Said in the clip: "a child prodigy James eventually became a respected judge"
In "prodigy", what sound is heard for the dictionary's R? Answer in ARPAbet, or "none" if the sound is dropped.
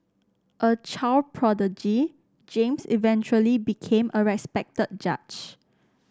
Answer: R